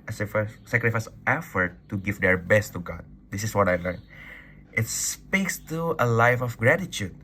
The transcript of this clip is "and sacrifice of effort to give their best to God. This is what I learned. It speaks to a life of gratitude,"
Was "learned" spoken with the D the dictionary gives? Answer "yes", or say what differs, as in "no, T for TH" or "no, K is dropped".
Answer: no, D is dropped